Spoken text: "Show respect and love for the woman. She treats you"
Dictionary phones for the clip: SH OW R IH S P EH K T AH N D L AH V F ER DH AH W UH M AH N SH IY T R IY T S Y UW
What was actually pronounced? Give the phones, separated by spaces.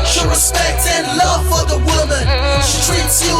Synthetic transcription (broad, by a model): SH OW R IH S P EH K T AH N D L AH V F ER DH AH W UH M AH N SH IY T R IY T S Y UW